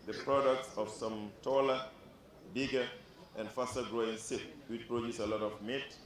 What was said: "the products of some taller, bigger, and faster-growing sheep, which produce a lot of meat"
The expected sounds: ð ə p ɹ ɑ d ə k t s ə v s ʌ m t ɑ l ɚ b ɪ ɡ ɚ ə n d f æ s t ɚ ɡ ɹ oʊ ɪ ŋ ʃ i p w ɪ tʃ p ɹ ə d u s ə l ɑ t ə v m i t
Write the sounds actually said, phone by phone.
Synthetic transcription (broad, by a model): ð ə p ɹ ɑ d ə k t s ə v s ʌ m t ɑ l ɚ b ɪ ɡ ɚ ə n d f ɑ s t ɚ ɡ ɹ oʊ ɪ ŋ s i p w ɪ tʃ p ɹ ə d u s ə l ɑ t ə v m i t